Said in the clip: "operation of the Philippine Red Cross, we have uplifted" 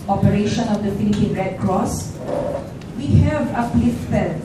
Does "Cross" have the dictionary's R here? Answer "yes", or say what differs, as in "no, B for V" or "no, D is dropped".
yes